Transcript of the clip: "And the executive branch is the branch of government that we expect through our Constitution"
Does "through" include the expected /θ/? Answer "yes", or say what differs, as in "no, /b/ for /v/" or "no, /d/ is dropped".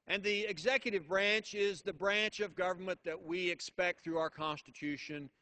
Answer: yes